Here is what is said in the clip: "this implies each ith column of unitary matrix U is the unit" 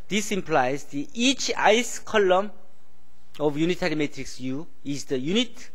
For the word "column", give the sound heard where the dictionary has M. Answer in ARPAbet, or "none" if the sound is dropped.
M